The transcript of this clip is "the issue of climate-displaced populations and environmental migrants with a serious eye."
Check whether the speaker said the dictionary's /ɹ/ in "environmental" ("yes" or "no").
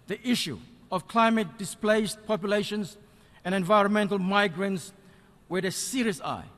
yes